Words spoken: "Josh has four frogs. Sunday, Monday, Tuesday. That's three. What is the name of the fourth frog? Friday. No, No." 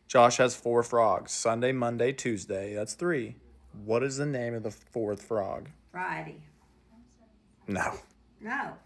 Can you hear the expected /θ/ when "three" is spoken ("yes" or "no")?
yes